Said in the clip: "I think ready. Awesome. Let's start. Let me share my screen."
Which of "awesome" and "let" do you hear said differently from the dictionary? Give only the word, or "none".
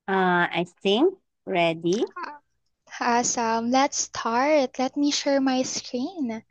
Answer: none